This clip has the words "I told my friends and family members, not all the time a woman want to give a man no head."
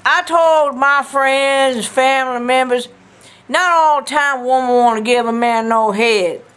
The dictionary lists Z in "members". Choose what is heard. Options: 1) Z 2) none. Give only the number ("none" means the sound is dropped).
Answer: 1